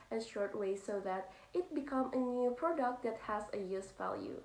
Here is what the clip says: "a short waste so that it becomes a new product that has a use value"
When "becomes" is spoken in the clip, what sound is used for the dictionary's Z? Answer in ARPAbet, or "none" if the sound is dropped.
none